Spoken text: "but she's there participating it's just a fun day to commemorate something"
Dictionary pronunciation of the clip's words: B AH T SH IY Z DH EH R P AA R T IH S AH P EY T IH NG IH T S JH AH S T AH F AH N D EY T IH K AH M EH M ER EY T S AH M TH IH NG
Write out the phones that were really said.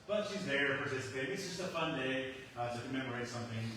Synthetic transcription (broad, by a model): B AH T SH IY Z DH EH R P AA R S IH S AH IH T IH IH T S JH AH S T AH F AH N D EY T IH K AH M EH M ER EY T S AH M TH IH NG